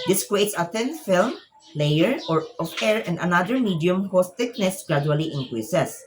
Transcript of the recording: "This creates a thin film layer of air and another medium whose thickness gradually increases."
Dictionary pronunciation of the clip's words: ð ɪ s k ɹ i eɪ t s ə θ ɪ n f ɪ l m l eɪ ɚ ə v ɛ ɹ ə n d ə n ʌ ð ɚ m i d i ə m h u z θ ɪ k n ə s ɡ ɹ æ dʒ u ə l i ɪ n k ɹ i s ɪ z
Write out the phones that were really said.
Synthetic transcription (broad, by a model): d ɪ s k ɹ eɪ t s ə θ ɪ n f ɪ l m l eɪ ɚ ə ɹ ɛ ɹ ə n d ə n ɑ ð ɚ m i d i ə m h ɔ s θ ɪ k n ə s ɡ ɹ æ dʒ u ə l i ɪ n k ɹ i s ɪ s